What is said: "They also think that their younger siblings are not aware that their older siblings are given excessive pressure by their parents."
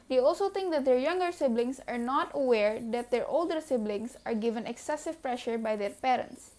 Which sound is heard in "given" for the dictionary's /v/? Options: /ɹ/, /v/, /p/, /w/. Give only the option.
/v/